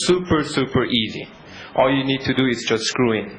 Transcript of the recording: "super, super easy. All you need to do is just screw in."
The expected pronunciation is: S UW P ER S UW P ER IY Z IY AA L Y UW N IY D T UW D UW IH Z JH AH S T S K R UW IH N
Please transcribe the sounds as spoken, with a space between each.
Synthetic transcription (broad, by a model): S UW P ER S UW P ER IY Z IY AA L Y UW N IY D T UW D UW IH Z JH AH S T S K R UW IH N